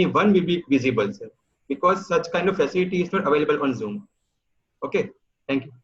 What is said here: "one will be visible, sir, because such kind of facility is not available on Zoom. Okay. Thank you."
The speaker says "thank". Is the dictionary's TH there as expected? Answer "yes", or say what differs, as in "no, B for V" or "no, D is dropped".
no, T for TH